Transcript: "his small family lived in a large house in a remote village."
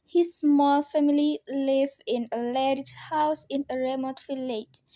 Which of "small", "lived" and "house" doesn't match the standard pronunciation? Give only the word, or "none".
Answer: lived